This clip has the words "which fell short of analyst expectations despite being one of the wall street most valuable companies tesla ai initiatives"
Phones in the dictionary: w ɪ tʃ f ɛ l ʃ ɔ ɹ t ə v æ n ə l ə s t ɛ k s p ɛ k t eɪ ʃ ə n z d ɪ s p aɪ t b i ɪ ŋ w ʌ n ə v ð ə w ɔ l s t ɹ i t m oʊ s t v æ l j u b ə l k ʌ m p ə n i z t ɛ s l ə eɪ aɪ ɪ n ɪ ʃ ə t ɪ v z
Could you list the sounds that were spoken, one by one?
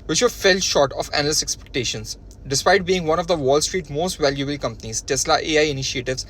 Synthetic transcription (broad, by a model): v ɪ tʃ f ɛ l ʃ ɔ ɹ t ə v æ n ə l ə s ɛ k s p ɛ k t eɪ ʃ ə n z d ɪ s p aɪ t b i ɪ ŋ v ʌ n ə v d ə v ɔ l s t ɹ i t m oʊ s t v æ l j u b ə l k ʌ m p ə n i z t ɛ s l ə eɪ aɪ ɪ n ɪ ʃ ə t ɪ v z